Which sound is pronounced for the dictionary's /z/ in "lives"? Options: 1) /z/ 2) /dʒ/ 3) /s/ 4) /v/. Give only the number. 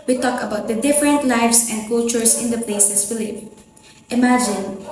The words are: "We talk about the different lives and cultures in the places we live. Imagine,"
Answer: 3